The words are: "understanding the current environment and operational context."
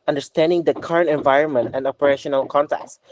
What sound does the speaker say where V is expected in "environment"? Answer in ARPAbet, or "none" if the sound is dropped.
V